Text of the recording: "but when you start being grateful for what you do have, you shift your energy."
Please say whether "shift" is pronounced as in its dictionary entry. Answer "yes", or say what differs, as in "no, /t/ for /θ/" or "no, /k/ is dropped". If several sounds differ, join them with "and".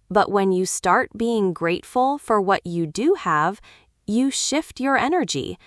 yes